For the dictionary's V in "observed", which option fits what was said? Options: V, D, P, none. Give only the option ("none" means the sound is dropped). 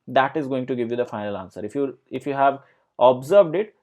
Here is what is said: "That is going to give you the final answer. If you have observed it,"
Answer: V